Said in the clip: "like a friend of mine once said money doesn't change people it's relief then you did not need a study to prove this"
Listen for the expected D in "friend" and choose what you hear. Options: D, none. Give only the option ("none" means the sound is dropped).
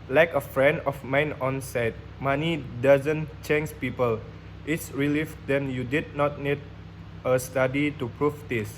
D